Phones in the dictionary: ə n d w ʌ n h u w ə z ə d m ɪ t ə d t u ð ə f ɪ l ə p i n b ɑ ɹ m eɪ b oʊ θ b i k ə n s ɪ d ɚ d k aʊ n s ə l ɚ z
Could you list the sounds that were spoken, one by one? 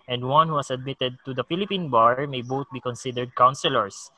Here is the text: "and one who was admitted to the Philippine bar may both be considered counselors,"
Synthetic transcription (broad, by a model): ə n d w ʌ n h u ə s ə d m ɪ t ə d t u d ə f ɪ l ə p i n b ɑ ɹ m eɪ b oʊ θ b i k ə n s ɪ d ɚ d k aʊ n s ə l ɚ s